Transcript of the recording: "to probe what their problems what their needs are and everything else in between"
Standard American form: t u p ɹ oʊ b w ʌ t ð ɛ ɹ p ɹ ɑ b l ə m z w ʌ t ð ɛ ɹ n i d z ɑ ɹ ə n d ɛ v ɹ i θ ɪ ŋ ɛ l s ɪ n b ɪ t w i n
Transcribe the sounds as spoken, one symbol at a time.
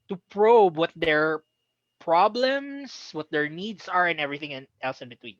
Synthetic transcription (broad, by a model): t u p ɹ oʊ b w ʌ t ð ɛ ɹ p ɹ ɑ b l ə m s w ʌ t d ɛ ɹ n i d s ɑ ɹ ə n ɛ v ɹ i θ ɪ ŋ ɛ l s ɪ n b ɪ t w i n